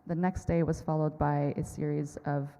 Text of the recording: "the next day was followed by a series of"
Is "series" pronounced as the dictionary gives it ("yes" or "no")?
yes